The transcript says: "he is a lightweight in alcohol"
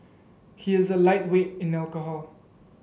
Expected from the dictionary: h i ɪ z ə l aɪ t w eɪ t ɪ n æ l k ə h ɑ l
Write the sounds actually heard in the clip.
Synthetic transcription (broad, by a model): h i ɪ z ə l aɪ t w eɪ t ɪ n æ l k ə h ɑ l